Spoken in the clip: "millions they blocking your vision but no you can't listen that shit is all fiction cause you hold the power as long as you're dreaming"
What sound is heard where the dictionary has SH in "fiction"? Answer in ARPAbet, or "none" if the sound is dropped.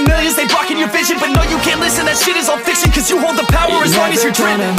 S